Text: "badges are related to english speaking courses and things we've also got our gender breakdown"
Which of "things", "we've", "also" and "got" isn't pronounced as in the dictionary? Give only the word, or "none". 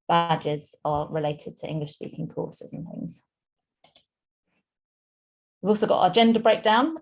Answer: none